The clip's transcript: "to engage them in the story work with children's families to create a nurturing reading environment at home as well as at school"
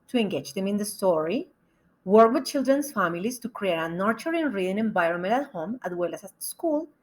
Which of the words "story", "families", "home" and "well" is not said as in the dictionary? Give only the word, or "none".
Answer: families